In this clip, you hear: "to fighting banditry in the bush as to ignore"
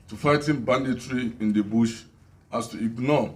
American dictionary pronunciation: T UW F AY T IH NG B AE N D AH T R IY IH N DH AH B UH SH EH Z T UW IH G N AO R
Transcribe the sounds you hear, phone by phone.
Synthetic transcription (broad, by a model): T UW F AY T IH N B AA N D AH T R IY IH N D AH B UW SH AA S T UW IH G N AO